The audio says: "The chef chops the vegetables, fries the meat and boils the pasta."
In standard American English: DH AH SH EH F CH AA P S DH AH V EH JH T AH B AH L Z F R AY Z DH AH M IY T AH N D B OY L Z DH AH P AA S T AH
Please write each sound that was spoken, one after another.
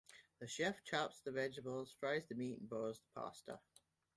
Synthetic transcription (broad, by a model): DH AH SH EH F CH AA P S DH AH V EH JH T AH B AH L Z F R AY Z DH AH M IY T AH N B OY Z DH AH P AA S T AH